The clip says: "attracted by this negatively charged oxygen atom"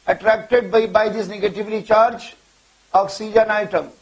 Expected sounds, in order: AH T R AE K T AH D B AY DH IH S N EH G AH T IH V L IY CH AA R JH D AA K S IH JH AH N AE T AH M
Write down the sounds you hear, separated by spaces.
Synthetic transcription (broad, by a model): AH T R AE K T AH D B AY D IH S N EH G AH T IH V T IY CH AA R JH AA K S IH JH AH N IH T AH M